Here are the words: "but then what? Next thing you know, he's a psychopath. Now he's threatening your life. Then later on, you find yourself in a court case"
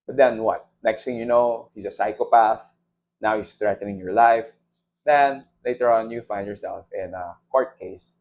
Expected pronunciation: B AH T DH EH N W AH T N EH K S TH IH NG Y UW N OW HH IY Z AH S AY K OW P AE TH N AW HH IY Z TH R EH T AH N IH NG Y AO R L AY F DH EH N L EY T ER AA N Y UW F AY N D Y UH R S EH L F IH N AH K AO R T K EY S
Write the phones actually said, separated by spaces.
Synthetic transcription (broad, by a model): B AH T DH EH N W AH T N EH K S T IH NG Y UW N OW HH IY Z AH S AY K OW P AE TH N AW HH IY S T R EH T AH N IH NG Y AO R L AY F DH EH N L EY T ER AA N Y UW F AY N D Y UH R S EH L F IH N AH K AO R T K EY S